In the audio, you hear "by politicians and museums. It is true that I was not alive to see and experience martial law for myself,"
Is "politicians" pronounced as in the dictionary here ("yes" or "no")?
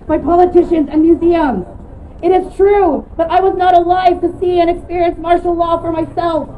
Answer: yes